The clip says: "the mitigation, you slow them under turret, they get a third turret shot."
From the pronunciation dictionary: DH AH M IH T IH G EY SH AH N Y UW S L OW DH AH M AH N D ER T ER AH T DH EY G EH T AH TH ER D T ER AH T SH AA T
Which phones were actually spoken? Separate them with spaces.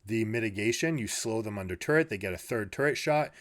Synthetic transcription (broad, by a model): DH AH M IH T IH G EY SH AH N Y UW S L OW DH AH M AH N D ER T ER AH T DH EY G EH T AH TH ER D T ER AH T SH AA T